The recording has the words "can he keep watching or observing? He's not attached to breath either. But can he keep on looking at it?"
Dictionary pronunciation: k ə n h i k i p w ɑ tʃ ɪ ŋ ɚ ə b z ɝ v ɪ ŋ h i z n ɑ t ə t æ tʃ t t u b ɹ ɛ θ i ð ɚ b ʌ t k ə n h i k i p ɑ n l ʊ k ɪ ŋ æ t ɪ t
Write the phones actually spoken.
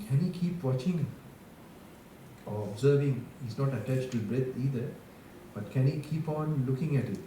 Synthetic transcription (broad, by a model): k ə n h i k i p w ɑ tʃ ɪ ŋ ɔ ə b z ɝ v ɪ ŋ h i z n ɑ t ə t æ tʃ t t u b ɹ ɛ t i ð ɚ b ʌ t k ə n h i k i p ɑ n l ʊ k ɪ ŋ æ t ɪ t